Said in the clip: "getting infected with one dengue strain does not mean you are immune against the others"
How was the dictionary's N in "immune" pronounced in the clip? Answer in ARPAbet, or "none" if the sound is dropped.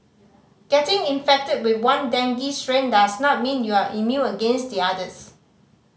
none